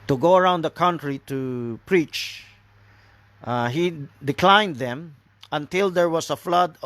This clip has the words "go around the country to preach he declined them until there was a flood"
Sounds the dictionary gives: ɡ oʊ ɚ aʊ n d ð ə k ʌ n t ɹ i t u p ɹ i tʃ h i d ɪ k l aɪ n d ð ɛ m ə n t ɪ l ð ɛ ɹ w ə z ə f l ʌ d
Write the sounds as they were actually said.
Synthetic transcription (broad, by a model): ɡ oʊ ɚ aʊ n d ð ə k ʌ n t ɹ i t u p ɹ i tʃ h i d ɪ k l aɪ n d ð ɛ m ə n t ɪ l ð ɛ ɹ w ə s ə f l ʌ d